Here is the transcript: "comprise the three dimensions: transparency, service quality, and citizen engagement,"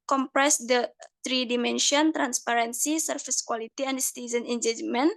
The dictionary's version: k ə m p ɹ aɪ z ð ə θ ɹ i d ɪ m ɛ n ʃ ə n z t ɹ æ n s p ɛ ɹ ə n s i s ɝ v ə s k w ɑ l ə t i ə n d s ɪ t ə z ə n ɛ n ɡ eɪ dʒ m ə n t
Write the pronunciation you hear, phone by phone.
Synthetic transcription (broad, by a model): k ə m p ɹ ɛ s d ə t ɹ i d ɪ m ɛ n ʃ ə n t ɹ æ n s p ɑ ɹ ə n s i s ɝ f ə s k w ɑ l ə t i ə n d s t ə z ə n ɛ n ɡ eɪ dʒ m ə n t